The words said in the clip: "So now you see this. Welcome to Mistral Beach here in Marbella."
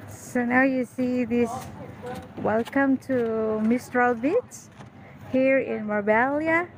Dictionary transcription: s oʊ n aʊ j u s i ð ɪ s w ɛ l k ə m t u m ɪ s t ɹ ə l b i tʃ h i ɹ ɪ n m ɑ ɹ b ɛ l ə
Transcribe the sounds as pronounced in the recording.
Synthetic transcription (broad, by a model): s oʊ n aʊ j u s i ð ɪ s w ɛ l k ə m t u m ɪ s t ɹ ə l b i s h i ɹ ɪ n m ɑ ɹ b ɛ l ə